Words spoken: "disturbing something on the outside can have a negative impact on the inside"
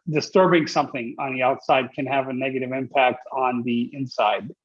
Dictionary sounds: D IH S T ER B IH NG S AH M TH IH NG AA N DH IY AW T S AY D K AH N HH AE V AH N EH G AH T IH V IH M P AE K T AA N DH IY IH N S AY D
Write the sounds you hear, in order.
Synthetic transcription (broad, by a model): D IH S T ER B IH NG S AH M TH IH NG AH N DH IY AW T S AY D K AH N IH V AH N EH G AH T IH V IH M P AE K T N DH IY IH N S AY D